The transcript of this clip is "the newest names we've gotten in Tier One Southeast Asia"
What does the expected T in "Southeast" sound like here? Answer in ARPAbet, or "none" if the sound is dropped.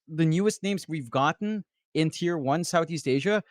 T